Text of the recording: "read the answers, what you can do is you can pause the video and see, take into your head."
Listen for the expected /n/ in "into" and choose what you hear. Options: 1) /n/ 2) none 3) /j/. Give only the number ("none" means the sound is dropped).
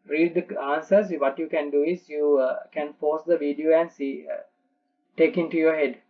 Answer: 1